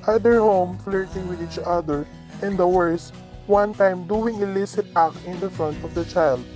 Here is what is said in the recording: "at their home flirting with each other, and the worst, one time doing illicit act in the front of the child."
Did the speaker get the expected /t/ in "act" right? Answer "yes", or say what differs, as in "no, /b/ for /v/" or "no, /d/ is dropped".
no, /t/ is dropped